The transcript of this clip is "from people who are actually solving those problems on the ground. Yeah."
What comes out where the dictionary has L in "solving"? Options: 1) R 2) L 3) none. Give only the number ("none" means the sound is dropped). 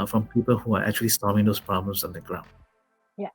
3